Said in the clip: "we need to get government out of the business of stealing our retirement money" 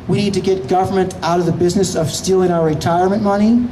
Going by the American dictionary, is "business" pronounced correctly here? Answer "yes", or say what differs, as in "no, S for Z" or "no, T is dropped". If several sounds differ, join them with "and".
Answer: yes